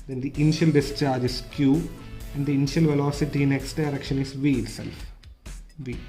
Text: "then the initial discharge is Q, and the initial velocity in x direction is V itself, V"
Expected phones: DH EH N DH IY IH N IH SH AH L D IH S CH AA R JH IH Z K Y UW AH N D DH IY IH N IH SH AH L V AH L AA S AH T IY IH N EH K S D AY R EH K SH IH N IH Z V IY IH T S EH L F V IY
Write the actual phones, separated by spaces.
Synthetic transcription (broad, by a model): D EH N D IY IH N IH SH AH L D IH S CH AA R JH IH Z K Y UW AH N D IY IH N IH SH AH L V AH L AA S AH T IY N EH K S D AY R EH K SH IH N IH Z V IY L S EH L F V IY